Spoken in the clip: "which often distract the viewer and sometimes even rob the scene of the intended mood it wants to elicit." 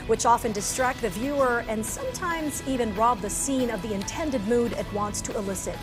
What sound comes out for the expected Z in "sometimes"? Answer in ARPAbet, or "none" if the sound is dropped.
Z